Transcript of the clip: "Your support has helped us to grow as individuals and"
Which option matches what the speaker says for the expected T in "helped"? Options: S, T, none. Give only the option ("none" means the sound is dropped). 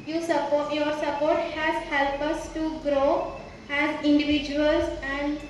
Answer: none